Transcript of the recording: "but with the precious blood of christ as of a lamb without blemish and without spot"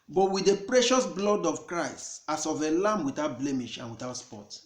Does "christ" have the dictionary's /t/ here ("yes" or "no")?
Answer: yes